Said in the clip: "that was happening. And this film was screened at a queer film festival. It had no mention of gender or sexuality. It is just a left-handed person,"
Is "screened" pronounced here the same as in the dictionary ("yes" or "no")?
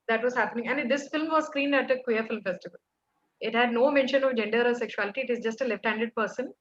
yes